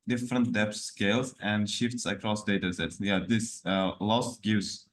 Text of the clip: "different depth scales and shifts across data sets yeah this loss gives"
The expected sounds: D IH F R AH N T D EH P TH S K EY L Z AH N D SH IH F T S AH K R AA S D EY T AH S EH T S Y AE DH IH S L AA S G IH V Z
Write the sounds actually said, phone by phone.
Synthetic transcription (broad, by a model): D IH F R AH N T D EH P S K EY L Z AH N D SH IH F T S AH K R AA S D EY T AH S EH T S Y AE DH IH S L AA S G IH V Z